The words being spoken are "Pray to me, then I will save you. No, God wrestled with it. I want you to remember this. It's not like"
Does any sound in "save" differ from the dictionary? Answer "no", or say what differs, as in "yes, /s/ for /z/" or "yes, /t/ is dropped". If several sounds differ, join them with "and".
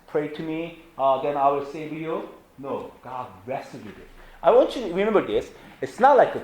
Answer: yes, /w/ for /v/